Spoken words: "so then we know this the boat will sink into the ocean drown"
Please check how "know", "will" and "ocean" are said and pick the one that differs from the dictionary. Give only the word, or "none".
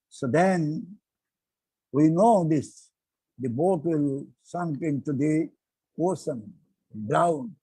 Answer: ocean